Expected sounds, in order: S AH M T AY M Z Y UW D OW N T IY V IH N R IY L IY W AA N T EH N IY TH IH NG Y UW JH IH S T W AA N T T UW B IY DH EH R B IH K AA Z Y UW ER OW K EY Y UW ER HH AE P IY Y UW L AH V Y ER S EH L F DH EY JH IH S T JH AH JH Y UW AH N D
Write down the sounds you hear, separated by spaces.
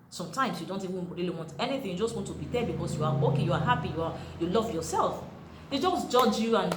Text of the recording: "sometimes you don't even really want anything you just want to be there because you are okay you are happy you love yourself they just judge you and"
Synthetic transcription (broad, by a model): S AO M T AY M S Y UW D OW N T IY W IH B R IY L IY W AA N T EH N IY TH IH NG Y UW JH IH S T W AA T T UW B IY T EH B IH K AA S Y UW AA OW K EY Y UW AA HH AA P IY Y UW L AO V Y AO S EH L F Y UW JH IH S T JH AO JH Y UW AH N